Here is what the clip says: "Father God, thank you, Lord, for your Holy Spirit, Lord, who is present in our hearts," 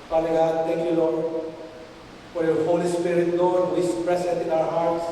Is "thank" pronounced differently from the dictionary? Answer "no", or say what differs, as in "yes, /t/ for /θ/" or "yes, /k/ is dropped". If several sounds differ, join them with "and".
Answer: yes, /t/ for /θ/